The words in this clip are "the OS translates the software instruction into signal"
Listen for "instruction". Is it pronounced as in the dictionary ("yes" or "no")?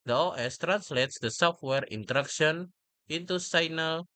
no